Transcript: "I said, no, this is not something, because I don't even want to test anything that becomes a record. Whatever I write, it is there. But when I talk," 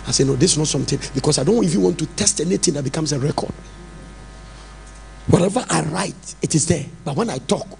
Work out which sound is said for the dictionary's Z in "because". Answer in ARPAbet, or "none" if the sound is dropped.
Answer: S